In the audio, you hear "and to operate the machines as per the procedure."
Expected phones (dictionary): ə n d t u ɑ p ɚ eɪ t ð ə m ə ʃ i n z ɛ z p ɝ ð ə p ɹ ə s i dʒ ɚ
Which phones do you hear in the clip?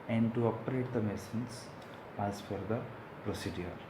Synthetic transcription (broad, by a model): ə n d t u ɑ p ɚ eɪ t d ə m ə s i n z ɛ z f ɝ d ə p ɹ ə s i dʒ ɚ